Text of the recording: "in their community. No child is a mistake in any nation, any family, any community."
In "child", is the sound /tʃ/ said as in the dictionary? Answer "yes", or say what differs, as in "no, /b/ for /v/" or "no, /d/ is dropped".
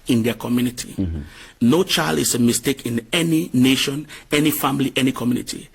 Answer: yes